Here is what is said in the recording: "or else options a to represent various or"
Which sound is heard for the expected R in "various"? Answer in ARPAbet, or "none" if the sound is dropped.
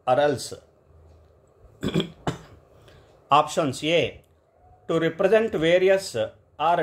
R